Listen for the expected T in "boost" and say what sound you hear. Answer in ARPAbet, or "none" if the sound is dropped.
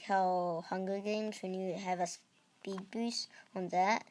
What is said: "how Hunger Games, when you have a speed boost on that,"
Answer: none